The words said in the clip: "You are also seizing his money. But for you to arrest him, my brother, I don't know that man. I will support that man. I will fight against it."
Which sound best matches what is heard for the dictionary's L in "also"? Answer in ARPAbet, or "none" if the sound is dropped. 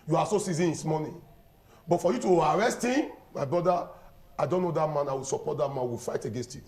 none